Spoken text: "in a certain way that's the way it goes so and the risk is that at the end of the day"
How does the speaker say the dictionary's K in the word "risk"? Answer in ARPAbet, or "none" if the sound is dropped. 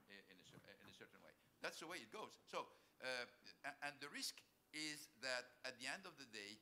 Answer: K